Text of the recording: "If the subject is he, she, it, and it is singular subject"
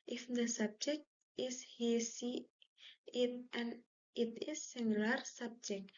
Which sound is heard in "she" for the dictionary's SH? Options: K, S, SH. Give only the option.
S